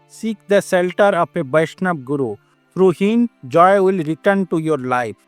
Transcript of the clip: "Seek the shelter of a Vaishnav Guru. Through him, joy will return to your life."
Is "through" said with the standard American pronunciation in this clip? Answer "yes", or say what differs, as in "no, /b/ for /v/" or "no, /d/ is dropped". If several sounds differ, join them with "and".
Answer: no, /f/ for /θ/